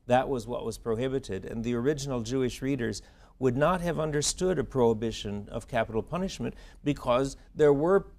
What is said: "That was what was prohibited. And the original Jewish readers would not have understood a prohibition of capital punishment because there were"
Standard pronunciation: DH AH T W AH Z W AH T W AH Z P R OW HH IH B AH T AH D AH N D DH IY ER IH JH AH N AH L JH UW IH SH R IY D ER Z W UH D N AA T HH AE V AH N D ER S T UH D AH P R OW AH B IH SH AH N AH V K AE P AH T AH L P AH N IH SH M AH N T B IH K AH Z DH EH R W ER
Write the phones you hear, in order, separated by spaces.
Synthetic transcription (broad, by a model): DH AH T W AH Z W AH T W AH Z P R OW HH IH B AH T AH D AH N DH IY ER IH JH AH N L JH UW IH SH R IY D ER Z W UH D N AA T HH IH V AH N D ER S T UH D AH P R OW AH B IH SH AH N AH V K AE P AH T L P AH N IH SH M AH N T B IH K AH Z DH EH R W ER